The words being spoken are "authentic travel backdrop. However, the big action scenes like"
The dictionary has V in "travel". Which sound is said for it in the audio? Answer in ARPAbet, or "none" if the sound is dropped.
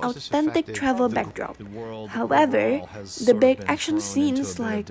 V